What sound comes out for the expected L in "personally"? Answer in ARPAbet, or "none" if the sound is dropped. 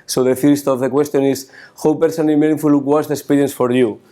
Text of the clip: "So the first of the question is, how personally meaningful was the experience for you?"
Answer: none